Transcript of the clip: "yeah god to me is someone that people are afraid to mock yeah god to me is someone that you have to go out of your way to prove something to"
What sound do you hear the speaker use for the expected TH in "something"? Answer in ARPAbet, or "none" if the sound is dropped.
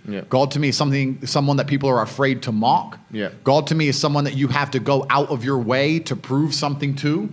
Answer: TH